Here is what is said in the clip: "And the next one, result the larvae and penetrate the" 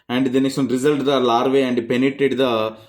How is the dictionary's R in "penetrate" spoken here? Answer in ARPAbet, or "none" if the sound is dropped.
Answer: none